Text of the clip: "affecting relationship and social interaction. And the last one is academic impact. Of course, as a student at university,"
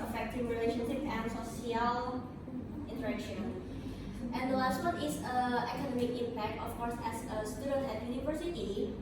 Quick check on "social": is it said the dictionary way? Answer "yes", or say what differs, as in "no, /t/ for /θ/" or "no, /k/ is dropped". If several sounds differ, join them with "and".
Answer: no, /ʃ/ is dropped